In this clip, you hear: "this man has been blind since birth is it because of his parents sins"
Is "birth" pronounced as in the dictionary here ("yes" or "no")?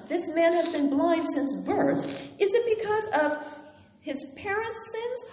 yes